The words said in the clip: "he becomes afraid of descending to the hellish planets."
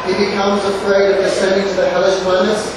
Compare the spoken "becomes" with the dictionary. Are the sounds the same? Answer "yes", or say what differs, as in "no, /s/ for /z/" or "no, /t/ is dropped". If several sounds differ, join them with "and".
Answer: yes